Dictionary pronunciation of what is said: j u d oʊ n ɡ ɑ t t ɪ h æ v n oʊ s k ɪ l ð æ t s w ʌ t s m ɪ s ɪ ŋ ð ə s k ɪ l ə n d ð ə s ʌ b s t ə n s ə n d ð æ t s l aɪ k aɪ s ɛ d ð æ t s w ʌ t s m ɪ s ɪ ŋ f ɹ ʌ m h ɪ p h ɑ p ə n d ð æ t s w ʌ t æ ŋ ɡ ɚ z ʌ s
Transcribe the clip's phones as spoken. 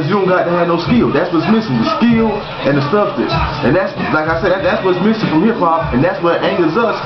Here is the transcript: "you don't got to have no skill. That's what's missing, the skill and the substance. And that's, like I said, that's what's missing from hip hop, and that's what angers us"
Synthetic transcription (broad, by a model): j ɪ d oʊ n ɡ ɑ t t ɪ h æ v n oʊ s k ɪ l ð æ t s w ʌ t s m ɪ s ɪ ŋ ð ə s k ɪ l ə n ð ə s ʌ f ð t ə s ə n ð æ t s l aɪ k aɪ s ɛ d ð æ t s w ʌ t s m ɪ s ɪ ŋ f ɹ ʌ m h ɪ p h ɑ p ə n ð æ t s w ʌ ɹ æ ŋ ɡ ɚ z ʌ s